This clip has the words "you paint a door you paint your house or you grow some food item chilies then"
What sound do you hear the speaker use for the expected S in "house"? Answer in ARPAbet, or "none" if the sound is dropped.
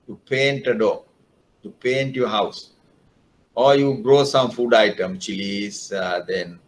S